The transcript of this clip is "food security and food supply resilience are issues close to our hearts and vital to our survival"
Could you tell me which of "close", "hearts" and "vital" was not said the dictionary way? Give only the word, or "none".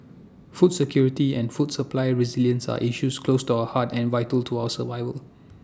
hearts